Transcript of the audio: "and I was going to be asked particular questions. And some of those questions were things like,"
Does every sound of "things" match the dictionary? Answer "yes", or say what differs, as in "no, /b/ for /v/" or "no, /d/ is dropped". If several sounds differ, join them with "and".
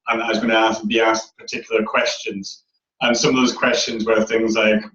yes